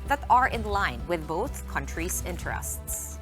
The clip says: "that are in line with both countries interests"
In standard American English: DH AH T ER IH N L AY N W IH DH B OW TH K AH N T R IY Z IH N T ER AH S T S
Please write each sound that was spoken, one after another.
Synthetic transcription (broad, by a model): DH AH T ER IH N L AY N W IH DH B OW TH K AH N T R IY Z IH N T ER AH S T S